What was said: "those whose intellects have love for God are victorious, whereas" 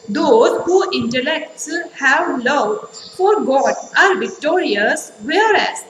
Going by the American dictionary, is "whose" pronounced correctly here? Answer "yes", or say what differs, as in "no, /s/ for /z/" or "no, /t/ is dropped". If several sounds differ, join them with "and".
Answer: no, /z/ is dropped